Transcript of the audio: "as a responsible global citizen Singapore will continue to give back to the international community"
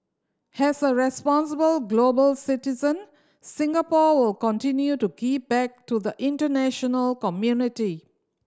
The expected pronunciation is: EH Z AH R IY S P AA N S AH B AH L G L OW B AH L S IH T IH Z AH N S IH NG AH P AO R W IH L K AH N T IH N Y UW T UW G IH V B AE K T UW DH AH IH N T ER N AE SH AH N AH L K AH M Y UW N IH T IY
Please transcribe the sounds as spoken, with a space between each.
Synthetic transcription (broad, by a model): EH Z AH R IY S P AA N S AH B AH L G L OW B AH L S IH T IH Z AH N S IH NG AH P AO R W IH L K AH N T IH N Y UW T UW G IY P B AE K T UW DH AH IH N T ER N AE SH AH N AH L K AH M Y UW N IH T IY